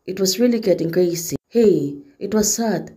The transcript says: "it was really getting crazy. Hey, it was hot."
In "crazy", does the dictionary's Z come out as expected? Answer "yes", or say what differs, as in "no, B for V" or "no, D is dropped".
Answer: no, S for Z